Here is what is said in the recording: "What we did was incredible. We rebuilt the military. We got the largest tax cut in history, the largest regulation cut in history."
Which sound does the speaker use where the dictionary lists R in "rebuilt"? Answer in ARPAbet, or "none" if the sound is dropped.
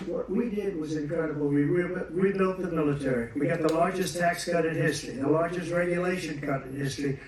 W